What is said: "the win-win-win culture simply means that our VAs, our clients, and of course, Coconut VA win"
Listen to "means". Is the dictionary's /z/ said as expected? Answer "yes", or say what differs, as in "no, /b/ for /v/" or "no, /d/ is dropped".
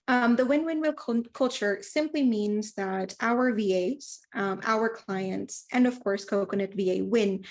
yes